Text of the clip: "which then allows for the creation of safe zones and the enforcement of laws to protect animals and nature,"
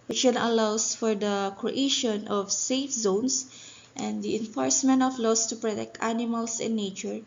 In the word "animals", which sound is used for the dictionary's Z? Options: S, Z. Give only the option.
S